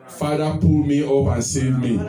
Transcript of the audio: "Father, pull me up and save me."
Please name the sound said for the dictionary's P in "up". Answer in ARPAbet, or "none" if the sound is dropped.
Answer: B